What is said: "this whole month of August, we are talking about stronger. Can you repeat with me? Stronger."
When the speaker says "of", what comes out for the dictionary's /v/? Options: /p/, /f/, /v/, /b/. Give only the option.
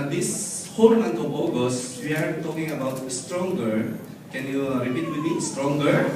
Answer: /b/